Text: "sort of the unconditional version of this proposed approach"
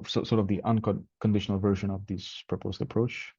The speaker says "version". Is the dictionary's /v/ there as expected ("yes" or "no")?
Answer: yes